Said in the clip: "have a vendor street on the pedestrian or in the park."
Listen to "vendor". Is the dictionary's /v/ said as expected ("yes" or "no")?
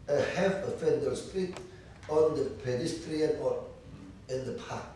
no